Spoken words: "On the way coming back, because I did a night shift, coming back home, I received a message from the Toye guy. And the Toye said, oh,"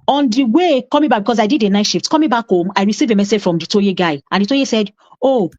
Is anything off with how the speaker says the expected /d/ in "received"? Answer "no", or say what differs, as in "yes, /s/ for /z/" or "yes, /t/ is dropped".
yes, /d/ is dropped